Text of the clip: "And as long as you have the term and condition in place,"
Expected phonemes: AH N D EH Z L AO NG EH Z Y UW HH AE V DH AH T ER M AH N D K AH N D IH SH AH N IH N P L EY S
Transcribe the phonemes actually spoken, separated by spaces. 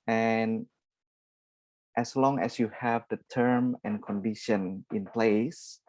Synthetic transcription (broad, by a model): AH N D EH S L AO NG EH S Y UW HH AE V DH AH T ER M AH N K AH N D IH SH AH N IH N P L EY S